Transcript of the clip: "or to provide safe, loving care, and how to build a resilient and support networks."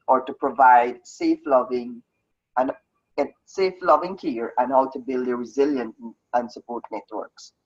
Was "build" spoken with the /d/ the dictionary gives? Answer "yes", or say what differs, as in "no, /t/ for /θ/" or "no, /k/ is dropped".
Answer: yes